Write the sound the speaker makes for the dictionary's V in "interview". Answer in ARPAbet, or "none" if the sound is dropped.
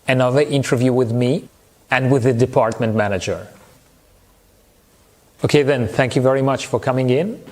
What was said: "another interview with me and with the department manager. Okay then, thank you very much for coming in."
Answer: V